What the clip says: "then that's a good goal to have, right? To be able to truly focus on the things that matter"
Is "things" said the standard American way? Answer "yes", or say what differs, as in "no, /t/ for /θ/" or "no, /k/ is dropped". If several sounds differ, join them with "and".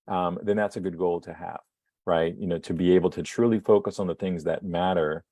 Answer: yes